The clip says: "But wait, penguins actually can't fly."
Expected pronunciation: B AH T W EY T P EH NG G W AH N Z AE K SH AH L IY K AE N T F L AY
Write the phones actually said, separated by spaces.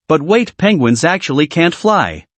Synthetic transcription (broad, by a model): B AH T W EY T P EH NG G W AH N Z AE K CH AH L IY K AE N T F L AY